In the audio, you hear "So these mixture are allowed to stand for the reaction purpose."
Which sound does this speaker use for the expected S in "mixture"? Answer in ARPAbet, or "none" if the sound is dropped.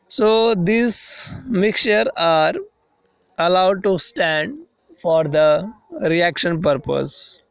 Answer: none